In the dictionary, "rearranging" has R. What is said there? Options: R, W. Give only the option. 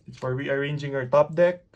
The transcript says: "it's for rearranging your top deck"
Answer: W